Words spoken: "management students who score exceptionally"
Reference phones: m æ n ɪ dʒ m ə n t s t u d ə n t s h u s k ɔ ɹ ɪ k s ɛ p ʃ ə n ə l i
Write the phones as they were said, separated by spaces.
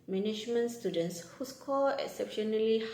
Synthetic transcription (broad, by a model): m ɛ n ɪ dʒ m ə n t s t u d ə n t s h u s k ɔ l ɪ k s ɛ p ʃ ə n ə l i